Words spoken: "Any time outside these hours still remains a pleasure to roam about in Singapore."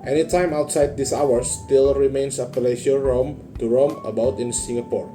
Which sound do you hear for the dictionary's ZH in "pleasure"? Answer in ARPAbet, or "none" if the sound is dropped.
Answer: SH